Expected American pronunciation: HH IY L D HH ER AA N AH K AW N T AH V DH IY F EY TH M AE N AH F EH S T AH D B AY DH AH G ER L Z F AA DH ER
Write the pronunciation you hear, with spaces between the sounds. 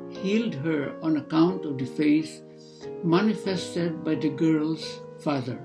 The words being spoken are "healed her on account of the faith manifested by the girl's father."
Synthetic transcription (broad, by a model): HH IY L D HH ER AA N AH K AW N T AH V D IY F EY S M AE N AH F EH S T AH D B AY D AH G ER L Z F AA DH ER